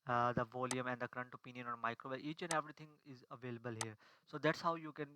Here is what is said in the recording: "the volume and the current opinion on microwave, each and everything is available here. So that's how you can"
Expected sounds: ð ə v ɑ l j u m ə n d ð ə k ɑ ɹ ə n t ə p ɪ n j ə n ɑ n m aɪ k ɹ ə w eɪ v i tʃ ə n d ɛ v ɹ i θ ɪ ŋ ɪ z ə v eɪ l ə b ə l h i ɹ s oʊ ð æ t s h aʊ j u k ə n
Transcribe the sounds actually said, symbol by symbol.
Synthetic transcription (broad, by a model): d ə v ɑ l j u m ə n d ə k ɹ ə n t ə p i n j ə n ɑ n m aɪ k ɹ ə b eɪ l i tʃ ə n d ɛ v ɹ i t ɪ ŋ ɪ z ə v eɪ l ə b ə l h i ɹ s oʊ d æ t s h aʊ j u k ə n